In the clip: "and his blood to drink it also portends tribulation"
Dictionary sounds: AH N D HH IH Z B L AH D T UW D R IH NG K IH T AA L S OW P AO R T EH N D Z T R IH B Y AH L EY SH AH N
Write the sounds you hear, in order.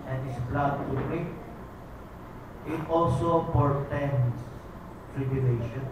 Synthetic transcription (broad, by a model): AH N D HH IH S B L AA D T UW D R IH K IH T AA L S OW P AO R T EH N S T R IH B Y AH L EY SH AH N